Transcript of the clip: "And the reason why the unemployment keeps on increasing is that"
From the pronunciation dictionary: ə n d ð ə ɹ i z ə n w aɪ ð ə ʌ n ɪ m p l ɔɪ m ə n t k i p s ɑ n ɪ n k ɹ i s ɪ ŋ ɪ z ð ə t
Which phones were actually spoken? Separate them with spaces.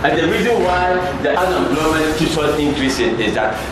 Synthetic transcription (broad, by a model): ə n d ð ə ɹ i z ə n w aɪ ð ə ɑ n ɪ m b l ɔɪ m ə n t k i s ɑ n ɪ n k ɹ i s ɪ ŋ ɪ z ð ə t